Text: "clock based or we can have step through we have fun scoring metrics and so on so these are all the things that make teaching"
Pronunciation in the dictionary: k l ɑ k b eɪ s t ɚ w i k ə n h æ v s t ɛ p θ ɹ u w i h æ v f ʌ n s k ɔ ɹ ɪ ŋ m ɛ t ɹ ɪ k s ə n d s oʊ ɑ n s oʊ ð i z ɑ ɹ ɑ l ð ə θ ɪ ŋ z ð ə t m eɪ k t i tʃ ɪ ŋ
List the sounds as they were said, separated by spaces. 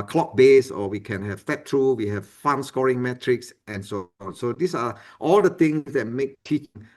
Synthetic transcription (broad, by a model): k l ɑ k b eɪ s ɔ w i k ə n h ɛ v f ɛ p t ɹ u w i h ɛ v f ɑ n s k ɔ ɹ ɪ ŋ m ɛ t ɹ ɪ k s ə n s oʊ ɑ n s oʊ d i s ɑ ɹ ɑ l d ə t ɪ ŋ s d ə t m eɪ k t i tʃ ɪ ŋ